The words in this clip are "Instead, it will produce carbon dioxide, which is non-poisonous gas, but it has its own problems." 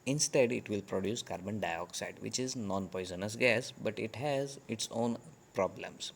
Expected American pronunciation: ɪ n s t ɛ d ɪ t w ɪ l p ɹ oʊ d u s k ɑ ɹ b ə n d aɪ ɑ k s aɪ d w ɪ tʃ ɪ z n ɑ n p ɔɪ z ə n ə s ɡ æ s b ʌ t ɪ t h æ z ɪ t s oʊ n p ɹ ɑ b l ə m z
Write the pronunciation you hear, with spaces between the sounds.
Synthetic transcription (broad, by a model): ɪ n s t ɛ d ɪ t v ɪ l p ɹ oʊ d u s k ɑ ɹ b ə n d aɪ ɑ k s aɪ d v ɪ tʃ ɪ z n ɑ n p ɔɪ z ə n ə s ɡ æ s b ʌ t ɪ t h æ z ɪ t s oʊ n p ɹ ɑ b l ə m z